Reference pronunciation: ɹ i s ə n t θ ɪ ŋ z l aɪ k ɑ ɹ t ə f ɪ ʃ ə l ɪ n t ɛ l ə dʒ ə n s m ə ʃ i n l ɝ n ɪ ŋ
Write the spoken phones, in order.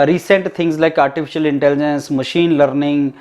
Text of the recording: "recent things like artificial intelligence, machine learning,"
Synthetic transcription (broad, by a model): ɹ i s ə n t t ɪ ŋ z l aɪ k ɑ ɹ t ə f ɪ ʃ ə l ɪ n t ɛ l ə dʒ ə n s m ə ʃ i n l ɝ n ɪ ŋ